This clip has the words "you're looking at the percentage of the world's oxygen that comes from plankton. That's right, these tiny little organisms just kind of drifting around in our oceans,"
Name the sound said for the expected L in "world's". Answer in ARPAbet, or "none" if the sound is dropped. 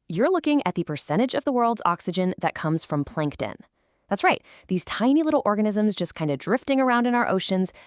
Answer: L